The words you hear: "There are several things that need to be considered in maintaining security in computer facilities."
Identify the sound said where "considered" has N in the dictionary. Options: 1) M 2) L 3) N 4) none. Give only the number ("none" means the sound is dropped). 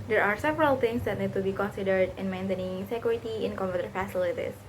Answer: 3